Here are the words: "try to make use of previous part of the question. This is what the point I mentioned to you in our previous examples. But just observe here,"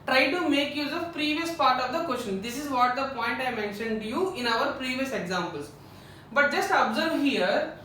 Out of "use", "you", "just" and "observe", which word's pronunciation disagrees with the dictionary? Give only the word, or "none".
none